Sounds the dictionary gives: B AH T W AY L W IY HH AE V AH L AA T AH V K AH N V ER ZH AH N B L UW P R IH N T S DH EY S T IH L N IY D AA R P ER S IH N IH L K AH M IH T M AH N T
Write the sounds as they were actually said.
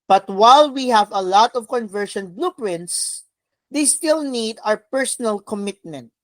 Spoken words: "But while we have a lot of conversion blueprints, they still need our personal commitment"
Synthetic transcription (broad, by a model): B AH T W AY L W IY HH AE V AH L AA T AH V K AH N V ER SH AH N B L UW P R IH N T S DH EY S T IH L N IY D AA R P ER S IH N IH L K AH M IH T M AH N T